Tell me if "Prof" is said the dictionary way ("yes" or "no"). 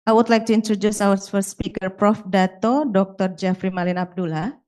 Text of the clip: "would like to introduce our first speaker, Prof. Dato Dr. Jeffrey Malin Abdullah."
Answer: yes